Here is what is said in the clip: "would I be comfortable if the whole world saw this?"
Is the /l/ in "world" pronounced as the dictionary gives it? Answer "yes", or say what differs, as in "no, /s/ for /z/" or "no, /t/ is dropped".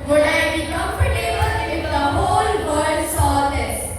no, /l/ is dropped